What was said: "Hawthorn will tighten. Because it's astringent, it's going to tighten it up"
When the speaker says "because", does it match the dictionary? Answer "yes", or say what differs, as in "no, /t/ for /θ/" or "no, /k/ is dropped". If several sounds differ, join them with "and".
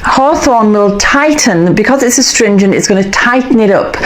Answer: yes